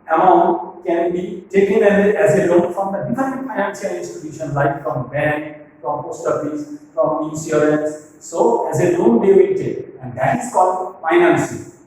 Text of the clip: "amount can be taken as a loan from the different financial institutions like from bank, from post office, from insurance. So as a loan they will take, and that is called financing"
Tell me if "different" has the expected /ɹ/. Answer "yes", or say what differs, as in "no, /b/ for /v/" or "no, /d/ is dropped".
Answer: no, /ɹ/ is dropped